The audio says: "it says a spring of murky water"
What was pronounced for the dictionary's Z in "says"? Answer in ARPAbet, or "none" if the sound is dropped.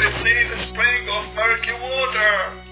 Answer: none